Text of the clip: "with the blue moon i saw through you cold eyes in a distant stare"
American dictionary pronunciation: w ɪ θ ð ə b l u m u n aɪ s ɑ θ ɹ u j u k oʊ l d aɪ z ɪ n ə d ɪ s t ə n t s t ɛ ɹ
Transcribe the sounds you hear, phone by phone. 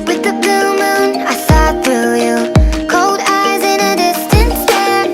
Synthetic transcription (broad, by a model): w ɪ ð ə b l u m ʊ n aɪ s ɑ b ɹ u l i k oʊ l d aɪ z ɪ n ə d ɪ s t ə n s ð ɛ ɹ